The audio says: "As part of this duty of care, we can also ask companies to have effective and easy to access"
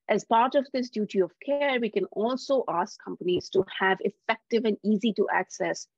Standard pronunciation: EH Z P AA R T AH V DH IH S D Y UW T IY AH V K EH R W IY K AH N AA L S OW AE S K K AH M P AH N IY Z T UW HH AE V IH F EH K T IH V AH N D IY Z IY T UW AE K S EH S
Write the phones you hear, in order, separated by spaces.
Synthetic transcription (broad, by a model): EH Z P AA R T AH V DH IH S D Y UW T IY AH V K EH R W IY K AH N AA L S OW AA S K K AH M P AH N IY Z T UW HH AE V IH F EH K T IH V AH N D IY Z IY T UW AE K S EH S